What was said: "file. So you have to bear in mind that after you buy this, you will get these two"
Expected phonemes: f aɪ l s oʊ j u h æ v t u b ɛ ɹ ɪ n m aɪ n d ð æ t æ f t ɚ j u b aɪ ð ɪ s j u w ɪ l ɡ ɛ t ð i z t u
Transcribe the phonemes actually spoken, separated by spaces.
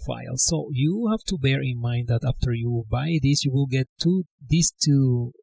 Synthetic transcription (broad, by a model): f aɪ l s oʊ j u h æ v t u b ɛ ɹ ɪ n m aɪ n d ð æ t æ f t ɚ j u b aɪ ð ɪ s j u w ɪ l ɡ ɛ t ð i s t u